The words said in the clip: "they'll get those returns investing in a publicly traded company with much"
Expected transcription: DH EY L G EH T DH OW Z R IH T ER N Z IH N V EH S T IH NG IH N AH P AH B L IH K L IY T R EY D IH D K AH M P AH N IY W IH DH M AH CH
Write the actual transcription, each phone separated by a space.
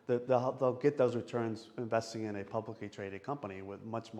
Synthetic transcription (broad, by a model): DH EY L G EH T DH OW Z R IH T ER N Z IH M V EH S T IH NG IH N AH P AH B L IH K L IY T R EY D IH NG K AH M P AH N IY W IH DH M AH CH